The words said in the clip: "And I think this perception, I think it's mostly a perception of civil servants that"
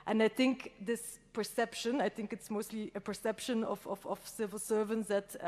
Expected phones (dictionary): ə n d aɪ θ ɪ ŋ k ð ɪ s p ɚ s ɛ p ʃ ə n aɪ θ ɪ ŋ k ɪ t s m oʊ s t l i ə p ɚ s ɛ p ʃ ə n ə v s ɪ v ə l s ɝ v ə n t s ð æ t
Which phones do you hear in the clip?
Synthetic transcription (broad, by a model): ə n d aɪ θ ɪ ŋ k ð ɪ s p ɚ s ɛ p ʃ ə n aɪ θ ɪ ŋ k ɪ t s m oʊ s t l i ə p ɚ s ɛ p ʃ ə n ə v s ɪ v ə l s ɝ v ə n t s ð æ t